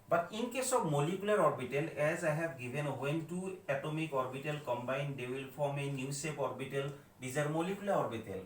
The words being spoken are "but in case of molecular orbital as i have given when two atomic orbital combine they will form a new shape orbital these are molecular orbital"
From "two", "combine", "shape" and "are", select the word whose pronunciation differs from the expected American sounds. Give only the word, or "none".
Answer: shape